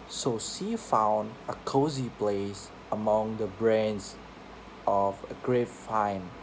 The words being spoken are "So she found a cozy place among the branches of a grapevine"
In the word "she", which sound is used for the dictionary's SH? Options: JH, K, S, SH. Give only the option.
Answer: S